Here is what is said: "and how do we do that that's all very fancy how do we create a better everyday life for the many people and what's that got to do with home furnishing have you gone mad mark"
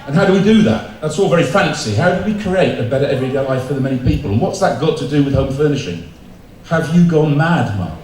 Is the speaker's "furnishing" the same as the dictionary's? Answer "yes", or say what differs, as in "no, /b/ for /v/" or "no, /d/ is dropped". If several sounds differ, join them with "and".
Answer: yes